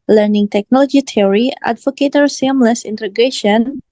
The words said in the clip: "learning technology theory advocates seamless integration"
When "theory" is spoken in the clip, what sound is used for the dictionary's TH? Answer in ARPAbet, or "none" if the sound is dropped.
T